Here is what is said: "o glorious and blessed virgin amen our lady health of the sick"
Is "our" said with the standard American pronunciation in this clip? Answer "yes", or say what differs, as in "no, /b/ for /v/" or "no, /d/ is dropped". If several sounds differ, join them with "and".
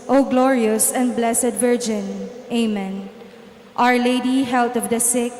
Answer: yes